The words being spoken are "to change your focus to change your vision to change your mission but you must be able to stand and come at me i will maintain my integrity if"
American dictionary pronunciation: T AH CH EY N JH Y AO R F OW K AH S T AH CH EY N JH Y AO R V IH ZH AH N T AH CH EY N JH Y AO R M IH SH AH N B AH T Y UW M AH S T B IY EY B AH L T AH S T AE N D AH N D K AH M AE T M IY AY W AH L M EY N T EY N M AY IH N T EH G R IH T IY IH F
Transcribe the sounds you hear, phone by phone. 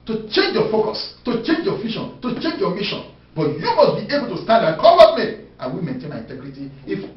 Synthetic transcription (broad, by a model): T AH CH EY N JH Y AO F OW K AH S T AH CH EY N JH Y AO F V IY SH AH N T AH CH EY N JH Y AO M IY SH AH N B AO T Y UW M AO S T B IY EY B AH L T AH S T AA N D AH K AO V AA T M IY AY W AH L M EY N T EY N M AY IH N T EH G R IH T IY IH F